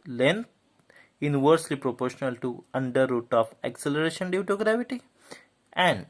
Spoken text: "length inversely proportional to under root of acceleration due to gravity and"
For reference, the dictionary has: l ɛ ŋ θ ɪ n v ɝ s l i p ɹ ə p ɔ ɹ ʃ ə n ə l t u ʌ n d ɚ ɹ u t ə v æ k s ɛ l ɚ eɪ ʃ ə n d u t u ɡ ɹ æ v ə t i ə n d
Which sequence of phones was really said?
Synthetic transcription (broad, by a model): l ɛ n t ɪ n v ɝ s l i p ɹ ə p ɔ ɹ ʃ ə n ə l t u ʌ n d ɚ ɹ u t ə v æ k s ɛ l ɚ eɪ ʃ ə n d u t u ɡ ɹ æ v ə t i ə n d